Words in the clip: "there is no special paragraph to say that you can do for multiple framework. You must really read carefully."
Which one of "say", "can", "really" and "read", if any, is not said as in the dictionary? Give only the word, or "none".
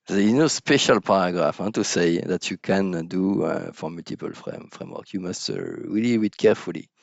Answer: read